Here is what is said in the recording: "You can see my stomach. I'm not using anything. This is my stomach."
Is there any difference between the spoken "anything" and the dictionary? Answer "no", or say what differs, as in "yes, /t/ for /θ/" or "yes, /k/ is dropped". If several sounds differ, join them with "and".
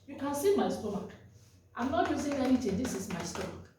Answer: yes, /l/ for /n/ and /t/ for /θ/